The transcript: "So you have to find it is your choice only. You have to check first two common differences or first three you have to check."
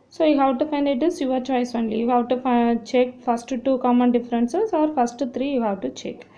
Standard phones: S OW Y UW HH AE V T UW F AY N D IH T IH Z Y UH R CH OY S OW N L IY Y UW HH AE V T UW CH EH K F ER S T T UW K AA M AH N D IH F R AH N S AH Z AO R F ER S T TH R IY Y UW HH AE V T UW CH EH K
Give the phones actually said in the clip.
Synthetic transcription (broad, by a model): S OW Y UW HH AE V T UW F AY N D IH T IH S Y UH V CH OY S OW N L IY Y UW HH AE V T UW CH EH K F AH S T T UW K AA M AH N D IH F R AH N S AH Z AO R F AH S T T R IY Y UW HH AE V T UW CH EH K